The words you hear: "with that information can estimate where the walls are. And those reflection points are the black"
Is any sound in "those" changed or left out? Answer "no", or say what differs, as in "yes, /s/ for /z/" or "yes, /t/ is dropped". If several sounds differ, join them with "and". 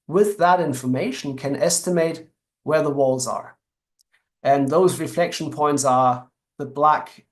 no